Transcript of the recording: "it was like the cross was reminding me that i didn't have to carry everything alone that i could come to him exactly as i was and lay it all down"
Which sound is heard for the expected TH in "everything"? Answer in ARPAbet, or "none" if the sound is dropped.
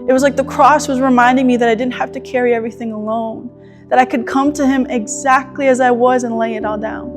TH